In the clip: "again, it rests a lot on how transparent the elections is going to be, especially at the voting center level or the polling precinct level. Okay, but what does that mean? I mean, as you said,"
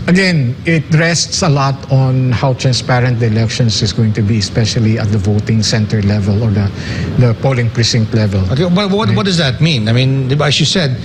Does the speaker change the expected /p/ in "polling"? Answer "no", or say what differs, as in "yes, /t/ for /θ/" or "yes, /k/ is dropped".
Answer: no